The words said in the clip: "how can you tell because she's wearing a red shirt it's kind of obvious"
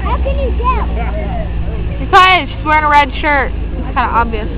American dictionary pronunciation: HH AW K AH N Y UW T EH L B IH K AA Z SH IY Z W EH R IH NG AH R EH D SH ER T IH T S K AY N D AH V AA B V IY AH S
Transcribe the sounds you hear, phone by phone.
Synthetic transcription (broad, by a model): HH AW K AH N Y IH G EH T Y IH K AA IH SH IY S W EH R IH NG AH R EH D SH ER T IH T S K AY N D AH AA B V IY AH S